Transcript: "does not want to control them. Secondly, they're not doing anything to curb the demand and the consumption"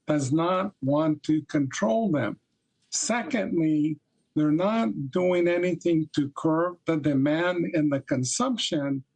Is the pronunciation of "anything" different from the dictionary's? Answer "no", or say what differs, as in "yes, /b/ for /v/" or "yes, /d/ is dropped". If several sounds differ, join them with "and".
no